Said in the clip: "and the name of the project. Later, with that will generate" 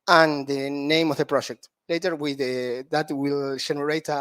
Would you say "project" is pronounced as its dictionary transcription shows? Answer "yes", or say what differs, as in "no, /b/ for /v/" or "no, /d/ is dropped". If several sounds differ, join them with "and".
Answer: yes